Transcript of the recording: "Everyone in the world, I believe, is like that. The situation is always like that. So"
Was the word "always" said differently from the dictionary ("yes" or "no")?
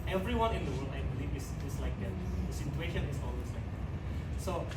yes